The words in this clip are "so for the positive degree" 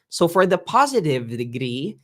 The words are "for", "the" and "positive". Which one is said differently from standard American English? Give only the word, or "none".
none